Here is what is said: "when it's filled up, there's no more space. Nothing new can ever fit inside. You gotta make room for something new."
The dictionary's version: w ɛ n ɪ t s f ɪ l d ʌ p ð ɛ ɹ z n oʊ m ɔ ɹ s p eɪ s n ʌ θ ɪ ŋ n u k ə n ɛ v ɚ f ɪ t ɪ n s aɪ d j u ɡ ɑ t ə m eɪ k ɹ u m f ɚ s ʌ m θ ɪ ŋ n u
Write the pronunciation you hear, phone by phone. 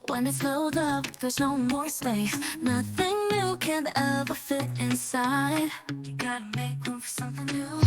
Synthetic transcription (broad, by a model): w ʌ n ɪ t s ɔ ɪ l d ʌ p ð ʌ ɹ z n oʊ m ɔ ɹ s p eɪ s n ʌ θ ɪ ŋ n u k ə n ɛ v ɚ f ɪ t ɪ n s aɪ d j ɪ ɡ ɑ t ə m eɪ k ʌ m f ɚ s ʌ m θ ɪ ŋ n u